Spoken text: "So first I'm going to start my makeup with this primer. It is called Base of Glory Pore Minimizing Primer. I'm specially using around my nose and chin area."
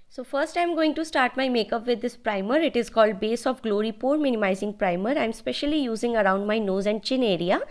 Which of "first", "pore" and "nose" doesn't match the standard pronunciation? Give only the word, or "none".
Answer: none